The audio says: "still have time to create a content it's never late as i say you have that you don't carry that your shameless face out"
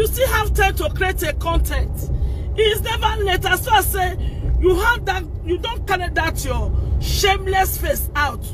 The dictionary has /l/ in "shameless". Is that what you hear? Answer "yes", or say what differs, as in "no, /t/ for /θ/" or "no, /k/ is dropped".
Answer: yes